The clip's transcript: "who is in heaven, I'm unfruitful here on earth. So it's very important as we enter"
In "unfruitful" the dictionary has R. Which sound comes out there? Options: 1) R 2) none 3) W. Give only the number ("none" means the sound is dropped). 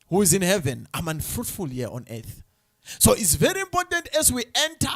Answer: 1